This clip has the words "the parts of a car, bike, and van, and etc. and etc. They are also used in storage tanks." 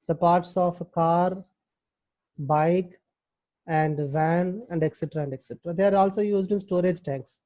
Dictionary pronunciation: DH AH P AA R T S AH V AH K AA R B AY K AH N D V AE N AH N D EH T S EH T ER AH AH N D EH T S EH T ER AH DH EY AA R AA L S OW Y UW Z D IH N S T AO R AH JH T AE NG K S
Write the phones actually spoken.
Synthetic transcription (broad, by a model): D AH P AA R T S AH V K AA R B AY K AH N D V AE N AH N D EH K S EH T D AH AH N D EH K S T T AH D EY AA R AA L S OW Y UW Z D IH N S T AO R AH JH T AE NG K S